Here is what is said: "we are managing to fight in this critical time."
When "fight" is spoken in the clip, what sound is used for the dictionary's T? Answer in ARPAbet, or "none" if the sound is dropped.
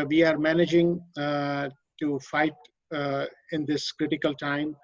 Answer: T